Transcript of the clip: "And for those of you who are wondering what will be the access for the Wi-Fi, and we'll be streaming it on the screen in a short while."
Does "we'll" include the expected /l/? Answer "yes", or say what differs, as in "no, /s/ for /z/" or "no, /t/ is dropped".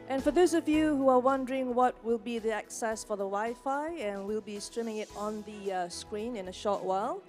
yes